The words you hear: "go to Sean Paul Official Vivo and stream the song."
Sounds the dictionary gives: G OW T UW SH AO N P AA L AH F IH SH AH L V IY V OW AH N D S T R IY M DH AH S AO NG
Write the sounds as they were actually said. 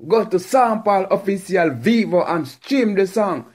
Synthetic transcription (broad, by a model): G OW T UW S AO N P AA L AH F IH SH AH L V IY V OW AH N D S T R IY M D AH S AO NG